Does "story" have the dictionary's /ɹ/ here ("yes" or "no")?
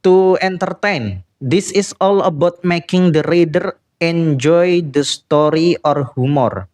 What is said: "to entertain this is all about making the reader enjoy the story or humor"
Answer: yes